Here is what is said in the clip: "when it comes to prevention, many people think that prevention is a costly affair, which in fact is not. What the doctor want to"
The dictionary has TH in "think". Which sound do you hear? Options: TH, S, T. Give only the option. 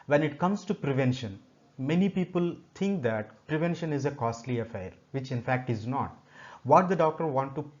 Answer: T